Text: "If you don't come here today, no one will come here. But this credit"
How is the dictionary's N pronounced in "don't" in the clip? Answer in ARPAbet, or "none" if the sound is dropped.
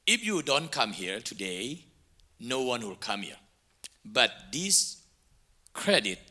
N